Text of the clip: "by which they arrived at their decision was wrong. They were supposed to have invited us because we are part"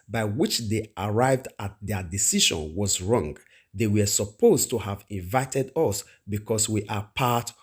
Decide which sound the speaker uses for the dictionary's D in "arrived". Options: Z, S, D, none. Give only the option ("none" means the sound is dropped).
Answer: D